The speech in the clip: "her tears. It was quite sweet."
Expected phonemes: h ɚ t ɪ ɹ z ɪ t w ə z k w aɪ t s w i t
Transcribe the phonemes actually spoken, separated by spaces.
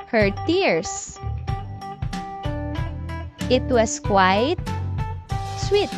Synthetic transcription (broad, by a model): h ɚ t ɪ ɹ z ɪ t w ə s k w aɪ t s w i t